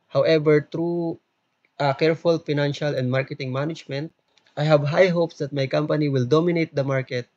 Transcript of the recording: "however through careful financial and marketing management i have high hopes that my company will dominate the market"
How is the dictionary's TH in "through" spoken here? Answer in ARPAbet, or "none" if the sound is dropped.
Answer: T